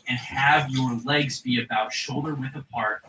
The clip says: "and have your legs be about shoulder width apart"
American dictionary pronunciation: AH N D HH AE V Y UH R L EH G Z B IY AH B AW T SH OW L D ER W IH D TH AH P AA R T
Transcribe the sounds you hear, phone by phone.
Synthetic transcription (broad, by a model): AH N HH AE V Y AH R L EH G Z B IY AH B AW T SH OW L D ER W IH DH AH P AA R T